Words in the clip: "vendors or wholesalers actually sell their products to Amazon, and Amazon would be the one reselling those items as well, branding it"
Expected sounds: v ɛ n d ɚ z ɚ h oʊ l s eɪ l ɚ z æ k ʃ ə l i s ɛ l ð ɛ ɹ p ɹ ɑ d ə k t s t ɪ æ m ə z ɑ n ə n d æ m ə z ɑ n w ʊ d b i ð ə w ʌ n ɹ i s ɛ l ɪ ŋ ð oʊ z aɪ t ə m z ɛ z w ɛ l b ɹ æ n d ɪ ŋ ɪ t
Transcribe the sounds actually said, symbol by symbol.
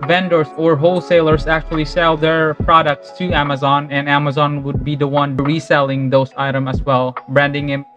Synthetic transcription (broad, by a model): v ɛ n d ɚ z ɚ h oʊ l s eɪ l ɚ z æ k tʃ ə l i s ɛ l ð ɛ ɹ p ɹ ɑ d ə k t s t ɪ æ m ə z ɑ n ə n æ m ə z ɑ n w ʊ d b i ð ə w ʌ n ɹ i s ɛ l ɪ ŋ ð oʊ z aɪ t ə m ʌ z w ɛ l b ɹ æ n d ɪ ŋ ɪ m